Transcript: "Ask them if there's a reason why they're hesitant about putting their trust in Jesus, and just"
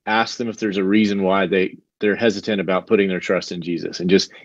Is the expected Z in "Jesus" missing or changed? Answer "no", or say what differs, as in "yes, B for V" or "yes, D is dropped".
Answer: no